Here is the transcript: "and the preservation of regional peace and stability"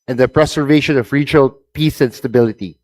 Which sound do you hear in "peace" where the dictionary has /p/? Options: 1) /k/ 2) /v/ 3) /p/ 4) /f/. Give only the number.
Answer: 3